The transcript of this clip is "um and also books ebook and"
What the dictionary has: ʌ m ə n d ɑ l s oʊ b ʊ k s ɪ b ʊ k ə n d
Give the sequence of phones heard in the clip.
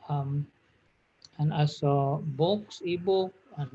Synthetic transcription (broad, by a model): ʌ m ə n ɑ s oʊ b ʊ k s ɪ b ʊ k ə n